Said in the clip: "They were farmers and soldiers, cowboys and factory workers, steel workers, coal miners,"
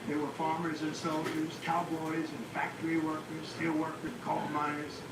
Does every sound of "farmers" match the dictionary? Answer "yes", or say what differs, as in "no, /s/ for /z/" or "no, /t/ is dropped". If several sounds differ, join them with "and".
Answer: yes